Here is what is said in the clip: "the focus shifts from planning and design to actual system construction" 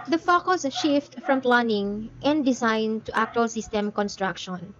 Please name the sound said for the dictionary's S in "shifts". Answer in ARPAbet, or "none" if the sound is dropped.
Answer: none